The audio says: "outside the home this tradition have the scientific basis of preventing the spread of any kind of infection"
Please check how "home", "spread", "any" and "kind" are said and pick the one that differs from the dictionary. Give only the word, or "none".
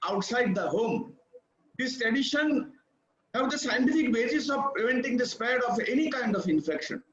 spread